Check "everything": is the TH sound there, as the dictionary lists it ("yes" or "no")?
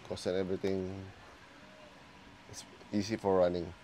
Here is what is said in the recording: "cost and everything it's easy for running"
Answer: no